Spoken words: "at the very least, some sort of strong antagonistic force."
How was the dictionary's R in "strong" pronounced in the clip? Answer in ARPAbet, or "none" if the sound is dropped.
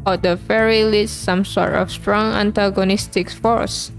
R